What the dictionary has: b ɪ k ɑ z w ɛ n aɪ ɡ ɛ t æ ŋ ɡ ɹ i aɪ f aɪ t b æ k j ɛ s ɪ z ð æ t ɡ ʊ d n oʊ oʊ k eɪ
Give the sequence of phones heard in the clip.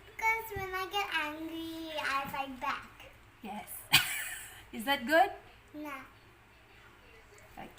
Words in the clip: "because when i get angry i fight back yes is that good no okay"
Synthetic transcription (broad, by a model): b k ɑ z w ɛ n aɪ ɡ ɛ t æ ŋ ɡ ɹ i aɪ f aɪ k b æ k j ɛ s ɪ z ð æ t ɡ ʊ d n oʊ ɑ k